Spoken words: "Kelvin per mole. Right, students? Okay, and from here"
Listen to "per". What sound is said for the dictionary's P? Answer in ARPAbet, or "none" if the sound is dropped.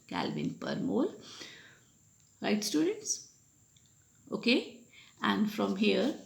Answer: P